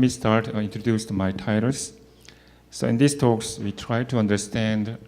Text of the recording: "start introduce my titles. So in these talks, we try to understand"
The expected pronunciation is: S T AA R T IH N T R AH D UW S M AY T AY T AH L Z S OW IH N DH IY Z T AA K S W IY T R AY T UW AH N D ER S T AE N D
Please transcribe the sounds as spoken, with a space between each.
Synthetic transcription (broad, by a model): S T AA R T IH N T R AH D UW S M AY T AY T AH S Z S OW IH N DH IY S T AA K S W IY T R AY T UW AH N D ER S T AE N D